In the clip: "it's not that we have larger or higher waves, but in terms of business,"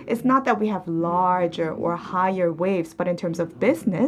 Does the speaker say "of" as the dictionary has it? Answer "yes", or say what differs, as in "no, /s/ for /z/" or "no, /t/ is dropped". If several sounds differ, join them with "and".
yes